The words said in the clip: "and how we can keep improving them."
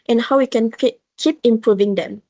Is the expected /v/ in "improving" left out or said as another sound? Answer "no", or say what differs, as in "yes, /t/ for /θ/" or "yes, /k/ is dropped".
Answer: no